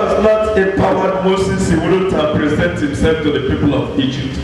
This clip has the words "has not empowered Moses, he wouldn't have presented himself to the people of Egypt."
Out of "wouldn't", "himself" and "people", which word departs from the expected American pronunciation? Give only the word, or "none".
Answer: wouldn't